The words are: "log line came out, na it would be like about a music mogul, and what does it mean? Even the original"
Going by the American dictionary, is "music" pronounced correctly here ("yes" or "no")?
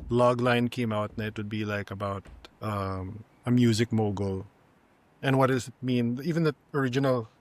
yes